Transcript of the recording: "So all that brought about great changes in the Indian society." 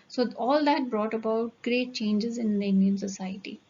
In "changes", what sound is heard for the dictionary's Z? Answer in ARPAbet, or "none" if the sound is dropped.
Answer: Z